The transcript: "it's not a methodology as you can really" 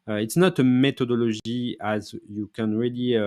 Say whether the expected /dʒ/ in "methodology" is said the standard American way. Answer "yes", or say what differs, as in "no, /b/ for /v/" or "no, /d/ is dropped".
no, /ʒ/ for /dʒ/